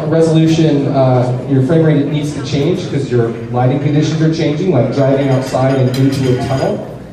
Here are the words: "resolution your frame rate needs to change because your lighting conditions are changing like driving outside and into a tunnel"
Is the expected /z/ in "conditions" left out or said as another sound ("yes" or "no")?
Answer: no